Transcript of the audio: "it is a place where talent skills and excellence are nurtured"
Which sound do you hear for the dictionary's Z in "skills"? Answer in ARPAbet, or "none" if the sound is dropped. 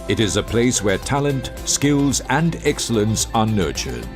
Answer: Z